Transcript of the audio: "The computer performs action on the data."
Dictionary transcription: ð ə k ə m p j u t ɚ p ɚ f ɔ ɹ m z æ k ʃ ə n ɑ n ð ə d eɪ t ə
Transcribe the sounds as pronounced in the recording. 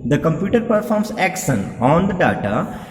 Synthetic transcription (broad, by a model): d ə k ə m p j u t ɚ p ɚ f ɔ ɹ m s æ k s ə n ɑ n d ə d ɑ t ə